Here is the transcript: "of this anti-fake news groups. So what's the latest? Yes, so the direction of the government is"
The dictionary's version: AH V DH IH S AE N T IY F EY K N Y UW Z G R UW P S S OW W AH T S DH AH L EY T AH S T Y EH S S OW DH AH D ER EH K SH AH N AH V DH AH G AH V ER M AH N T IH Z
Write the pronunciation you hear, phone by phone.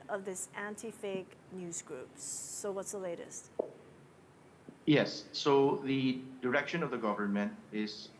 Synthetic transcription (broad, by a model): AH V DH IH S AE N T IY F EY K N Y UW Z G R UW P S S OW W AH T S DH AH L EY T AH S T Y EH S S OW DH AH D ER EH K SH AH N AH V DH AH G AH V ER M AH N T IH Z